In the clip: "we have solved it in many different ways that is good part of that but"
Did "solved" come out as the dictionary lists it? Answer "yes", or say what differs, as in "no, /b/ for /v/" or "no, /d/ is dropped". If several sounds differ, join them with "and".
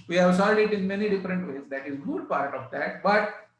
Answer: no, /v/ is dropped